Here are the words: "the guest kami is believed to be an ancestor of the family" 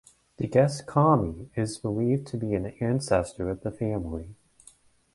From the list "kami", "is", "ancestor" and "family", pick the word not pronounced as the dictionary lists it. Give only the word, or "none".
none